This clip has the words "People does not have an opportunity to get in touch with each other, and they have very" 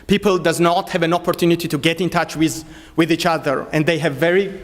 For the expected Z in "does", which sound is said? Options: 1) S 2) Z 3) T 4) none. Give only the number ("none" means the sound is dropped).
2